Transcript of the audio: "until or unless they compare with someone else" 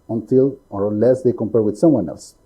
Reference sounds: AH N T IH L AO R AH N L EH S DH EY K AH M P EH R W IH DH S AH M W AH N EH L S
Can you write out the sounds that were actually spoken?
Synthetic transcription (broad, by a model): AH N T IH L AO R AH L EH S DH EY K AH M P EH R W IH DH S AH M W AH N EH L S